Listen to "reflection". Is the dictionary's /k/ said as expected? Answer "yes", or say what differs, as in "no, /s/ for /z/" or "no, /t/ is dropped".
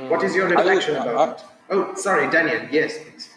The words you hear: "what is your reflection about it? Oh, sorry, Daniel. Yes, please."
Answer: no, /k/ is dropped